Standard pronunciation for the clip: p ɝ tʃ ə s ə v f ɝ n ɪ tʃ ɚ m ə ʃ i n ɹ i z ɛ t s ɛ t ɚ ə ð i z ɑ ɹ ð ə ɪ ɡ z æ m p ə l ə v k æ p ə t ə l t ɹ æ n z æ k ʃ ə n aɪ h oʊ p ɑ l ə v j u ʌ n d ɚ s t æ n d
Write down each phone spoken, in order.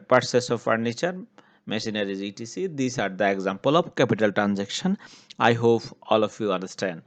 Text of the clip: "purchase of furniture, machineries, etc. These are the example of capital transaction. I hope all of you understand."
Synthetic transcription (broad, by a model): p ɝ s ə s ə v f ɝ n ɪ tʃ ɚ m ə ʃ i n ɹ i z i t i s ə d i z ɑ ɹ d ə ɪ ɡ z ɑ m p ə l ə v k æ p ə t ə l t ɹ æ n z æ k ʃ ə n aɪ h oʊ p ɑ l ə f j u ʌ n d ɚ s t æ n d